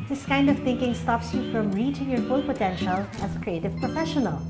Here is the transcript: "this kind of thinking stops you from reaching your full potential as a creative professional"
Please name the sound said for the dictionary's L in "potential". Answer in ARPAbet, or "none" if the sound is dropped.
L